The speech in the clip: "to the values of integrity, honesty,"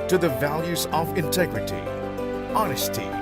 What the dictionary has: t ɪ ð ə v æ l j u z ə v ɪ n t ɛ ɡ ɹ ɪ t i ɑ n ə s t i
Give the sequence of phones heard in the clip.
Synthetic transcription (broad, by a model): t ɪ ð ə v æ l j u z ə v ɪ n t ɛ ɡ ɹ ɪ t i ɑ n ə s t i